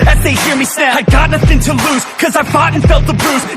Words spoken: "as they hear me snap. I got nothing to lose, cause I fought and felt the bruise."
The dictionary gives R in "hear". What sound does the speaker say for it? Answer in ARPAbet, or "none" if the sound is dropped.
R